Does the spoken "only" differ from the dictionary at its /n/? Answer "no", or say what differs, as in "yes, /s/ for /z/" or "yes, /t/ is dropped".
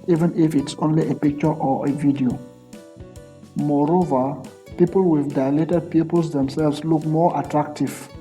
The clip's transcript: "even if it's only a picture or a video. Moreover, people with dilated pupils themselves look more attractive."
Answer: no